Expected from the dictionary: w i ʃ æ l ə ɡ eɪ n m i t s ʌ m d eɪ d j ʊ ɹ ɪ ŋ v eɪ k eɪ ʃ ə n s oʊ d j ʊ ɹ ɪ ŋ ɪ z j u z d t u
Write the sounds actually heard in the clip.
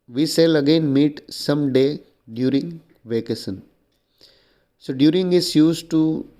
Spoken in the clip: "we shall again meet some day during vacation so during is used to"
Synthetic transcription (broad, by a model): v i s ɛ l ə ɡ eɪ n m i t s ʌ m d eɪ d j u ɹ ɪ ŋ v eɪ k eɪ s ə n s oʊ d j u ɹ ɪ ŋ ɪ s j u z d t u